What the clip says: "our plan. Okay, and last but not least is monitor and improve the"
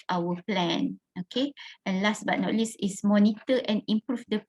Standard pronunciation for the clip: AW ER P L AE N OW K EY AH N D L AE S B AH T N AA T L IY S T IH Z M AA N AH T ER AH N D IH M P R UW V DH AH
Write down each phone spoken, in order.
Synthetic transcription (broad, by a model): AW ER P L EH N OW K EY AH N L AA S B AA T N AA T L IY S IH S M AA N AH T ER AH N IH M P R UW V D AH